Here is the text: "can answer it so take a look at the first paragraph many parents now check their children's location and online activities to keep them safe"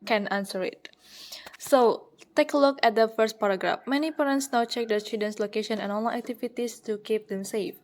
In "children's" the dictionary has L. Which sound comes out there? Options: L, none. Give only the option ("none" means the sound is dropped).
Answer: none